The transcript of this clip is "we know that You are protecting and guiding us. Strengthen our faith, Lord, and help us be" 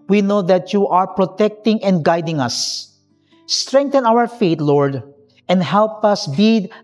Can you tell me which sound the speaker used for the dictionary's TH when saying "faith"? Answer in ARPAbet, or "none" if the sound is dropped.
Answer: T